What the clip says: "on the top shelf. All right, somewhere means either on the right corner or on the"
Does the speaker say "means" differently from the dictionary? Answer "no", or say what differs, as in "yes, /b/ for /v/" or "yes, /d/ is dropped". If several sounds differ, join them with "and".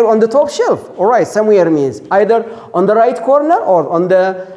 no